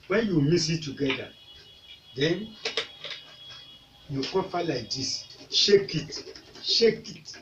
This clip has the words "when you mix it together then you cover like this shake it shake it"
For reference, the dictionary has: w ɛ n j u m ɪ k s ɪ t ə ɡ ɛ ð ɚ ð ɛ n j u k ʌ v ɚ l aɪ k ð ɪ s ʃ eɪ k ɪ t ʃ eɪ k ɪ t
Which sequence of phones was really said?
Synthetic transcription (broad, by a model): w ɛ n j u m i s ɪ t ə ɡ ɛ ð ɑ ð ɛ n j u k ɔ p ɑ l aɪ k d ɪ s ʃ eɪ k ɪ t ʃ eɪ k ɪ t